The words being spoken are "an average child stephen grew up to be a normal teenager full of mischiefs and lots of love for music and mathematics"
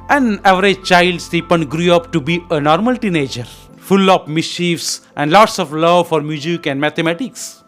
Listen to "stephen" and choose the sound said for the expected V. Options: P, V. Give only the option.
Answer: P